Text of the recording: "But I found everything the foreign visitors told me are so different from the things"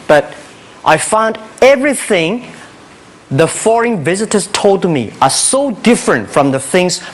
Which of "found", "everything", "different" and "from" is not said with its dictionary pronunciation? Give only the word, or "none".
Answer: none